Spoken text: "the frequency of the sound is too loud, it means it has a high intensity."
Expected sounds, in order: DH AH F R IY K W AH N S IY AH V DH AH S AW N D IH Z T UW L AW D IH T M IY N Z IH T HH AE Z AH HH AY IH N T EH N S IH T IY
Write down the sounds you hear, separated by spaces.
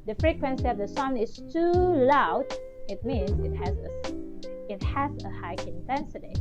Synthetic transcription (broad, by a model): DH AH F R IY K W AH N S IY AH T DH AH S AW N IH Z T UW L AW D IH T M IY N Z IH T HH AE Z AH HH AY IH N T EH N S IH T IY